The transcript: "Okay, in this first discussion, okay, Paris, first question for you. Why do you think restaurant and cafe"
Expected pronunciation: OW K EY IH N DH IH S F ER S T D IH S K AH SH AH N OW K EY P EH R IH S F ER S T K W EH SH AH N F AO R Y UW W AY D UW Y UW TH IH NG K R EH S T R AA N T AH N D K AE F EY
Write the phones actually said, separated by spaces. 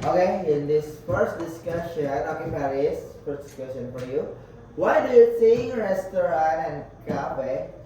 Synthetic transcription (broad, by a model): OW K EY IH N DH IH S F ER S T D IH S K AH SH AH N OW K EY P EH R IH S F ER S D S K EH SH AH N F AO R Y UW W AY D UW Y UW S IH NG R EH S T R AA N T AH N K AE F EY